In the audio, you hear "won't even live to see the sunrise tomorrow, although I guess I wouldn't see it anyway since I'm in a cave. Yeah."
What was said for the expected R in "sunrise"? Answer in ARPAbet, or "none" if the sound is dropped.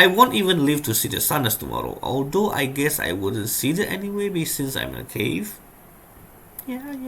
none